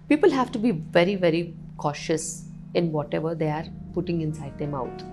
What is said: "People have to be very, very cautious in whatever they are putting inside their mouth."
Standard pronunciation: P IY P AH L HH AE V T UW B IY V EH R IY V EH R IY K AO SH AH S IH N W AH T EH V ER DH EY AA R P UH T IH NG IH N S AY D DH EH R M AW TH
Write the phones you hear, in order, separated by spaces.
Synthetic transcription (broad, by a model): P IY P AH L HH AE V T UW B IY V EH R IY V EH R IY K AO SH AH S IH N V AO T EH V ER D EY AA R P UH T IH NG IH N S AY D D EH M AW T